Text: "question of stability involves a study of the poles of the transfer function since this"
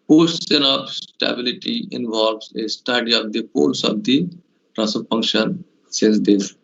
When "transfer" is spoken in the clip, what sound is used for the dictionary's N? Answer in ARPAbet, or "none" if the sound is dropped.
none